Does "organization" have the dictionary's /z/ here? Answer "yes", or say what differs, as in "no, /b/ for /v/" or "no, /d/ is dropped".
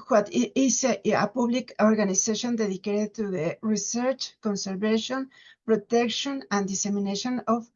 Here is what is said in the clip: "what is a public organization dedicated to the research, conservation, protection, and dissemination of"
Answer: no, /s/ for /z/